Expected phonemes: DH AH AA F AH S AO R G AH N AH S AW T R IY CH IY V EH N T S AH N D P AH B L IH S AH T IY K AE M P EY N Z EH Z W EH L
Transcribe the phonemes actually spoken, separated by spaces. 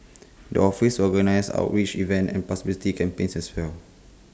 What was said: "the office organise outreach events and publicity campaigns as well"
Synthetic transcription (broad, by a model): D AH AA F AH S AO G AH N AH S AW T R IY CH IY V EH N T AH N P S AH B IH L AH T IY K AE M P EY N S EH S W EH L